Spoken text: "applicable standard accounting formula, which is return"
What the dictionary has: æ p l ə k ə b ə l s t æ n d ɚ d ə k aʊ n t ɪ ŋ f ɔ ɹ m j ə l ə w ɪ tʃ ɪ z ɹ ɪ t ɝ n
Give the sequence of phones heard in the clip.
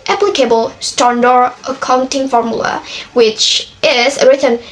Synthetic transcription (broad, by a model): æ p l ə k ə b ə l s t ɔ n d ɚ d ə k aʊ n t ɪ ŋ f ɔ ɹ m j ə l ə w ɪ tʃ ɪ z ɹ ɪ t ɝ n